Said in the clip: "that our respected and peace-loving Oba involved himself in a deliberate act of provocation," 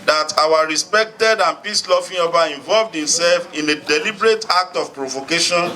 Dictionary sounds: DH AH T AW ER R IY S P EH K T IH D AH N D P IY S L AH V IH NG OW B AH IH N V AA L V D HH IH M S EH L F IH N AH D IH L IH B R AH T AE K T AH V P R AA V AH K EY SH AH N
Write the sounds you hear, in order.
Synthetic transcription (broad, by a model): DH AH T AW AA R IY S P EH K T IH D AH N P IY S L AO F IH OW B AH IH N V AA L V D HH IH M S EH L F IH N AH D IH L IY B R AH T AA K T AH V P R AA V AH K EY SH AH N